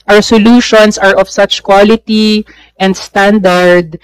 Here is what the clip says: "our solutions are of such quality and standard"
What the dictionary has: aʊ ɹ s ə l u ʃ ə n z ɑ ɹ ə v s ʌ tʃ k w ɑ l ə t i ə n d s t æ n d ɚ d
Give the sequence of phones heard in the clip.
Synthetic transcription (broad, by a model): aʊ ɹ s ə l u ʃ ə n s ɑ ɹ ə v s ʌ tʃ k w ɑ l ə t i ə n d s t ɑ n d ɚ d